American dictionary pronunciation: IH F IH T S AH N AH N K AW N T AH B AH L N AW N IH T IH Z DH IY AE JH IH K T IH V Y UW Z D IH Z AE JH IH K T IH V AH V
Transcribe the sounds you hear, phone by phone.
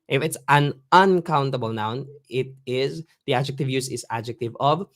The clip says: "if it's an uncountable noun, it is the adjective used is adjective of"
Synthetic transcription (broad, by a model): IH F IH T S AH N AH N K AW N T AH B AH L N AW N IH T IH Z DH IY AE JH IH K T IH V Y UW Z IH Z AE JH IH K T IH V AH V